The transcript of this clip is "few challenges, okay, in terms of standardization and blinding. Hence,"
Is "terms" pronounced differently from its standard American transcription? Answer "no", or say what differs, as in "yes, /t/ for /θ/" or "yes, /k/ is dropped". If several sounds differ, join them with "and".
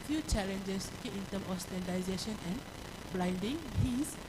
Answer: yes, /z/ is dropped